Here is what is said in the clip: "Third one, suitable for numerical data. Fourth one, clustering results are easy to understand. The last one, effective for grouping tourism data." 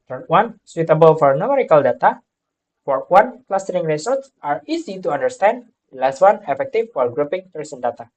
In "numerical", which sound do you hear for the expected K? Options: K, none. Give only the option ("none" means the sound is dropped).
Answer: K